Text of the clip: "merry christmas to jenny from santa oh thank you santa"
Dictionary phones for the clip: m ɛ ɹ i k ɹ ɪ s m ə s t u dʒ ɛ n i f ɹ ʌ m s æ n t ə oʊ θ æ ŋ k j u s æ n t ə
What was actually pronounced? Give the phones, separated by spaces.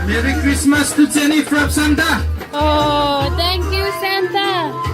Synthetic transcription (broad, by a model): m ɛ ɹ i k ɹ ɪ s m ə s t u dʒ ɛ n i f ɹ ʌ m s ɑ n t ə oʊ t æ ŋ k j u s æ n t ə